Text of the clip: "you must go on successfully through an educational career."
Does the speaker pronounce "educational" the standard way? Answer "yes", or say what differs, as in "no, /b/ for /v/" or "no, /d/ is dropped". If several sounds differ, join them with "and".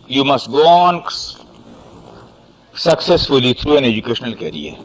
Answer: yes